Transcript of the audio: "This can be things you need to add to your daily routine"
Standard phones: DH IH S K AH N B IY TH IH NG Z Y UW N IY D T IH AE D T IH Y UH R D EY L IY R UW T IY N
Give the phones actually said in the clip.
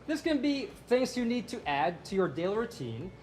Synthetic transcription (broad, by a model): DH IH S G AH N B IY TH IH NG Z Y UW N IY D T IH AE D T IH Y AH R D EY L IY R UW T IY N